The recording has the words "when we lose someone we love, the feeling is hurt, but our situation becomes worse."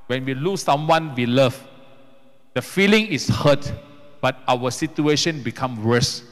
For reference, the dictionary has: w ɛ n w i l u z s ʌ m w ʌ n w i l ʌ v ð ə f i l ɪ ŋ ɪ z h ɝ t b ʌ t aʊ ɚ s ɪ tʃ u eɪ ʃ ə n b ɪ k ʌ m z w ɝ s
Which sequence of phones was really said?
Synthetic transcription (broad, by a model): w ɛ n w i l u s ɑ m w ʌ n w i l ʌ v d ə f i l ɪ ŋ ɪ s h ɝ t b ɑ t aʊ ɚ s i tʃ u eɪ ʃ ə n b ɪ k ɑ m w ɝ s